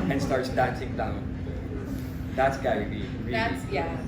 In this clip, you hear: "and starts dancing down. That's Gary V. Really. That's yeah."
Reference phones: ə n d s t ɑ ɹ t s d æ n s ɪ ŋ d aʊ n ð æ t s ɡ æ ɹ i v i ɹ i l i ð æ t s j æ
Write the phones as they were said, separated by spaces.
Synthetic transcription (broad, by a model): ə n s t ɑ ɹ t s d æ n s ɪ ŋ d aʊ n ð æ t s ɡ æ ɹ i b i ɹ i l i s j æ